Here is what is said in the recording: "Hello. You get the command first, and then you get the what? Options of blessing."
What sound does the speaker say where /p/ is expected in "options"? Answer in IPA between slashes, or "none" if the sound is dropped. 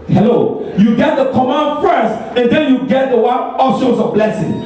none